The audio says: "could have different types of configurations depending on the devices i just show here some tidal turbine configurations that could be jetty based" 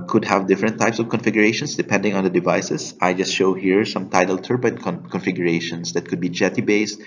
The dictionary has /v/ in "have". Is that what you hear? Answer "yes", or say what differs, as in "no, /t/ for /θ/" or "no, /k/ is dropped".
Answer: yes